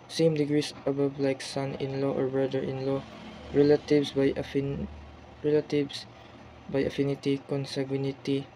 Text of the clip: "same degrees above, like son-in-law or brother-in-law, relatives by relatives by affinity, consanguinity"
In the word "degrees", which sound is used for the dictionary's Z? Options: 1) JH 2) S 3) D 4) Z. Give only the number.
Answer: 2